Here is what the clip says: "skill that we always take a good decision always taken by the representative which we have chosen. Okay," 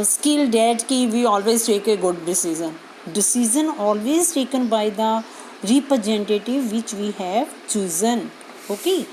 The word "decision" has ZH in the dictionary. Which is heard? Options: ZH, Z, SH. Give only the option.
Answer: Z